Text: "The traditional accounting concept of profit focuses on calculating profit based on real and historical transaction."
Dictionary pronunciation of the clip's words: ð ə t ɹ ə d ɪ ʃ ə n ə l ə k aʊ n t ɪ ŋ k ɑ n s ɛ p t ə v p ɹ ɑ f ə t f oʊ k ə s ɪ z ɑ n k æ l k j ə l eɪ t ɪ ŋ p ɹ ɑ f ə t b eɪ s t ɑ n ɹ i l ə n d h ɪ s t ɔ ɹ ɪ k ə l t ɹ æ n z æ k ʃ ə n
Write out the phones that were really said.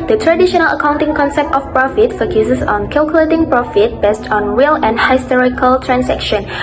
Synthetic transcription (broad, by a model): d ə t ɹ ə d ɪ ʃ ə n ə l ə k aʊ n t ɪ ŋ k ɑ n s ɛ p t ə f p ɹ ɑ f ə t f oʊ k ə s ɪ s ɑ n k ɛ l k j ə l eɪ t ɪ ŋ p ɹ ɑ f ə t b eɪ s t ɑ n ɹ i l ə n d h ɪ s t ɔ ɹ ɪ k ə l t ɹ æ n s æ k ʃ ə n